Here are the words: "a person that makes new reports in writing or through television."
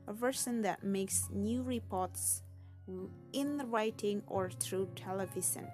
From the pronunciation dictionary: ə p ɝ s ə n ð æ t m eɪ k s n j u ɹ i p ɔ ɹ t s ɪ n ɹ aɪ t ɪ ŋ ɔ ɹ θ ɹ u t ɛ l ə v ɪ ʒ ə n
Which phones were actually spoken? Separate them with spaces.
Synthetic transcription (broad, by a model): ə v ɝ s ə n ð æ t m eɪ k s n j u ɹ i p ɔ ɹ t s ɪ n ɹ aɪ t ɪ ŋ ɔ ɹ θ ɹ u t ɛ l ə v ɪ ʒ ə n